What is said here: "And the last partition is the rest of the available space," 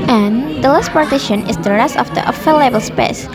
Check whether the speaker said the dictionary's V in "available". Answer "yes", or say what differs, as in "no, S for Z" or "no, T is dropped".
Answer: no, F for V